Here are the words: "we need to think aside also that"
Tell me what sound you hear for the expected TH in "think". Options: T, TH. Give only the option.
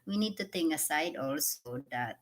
T